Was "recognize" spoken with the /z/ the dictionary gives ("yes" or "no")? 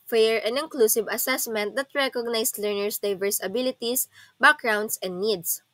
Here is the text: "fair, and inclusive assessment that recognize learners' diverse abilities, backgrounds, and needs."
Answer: no